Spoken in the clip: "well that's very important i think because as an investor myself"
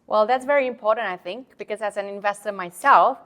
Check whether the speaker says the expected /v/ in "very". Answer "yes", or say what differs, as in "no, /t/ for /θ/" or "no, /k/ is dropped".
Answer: yes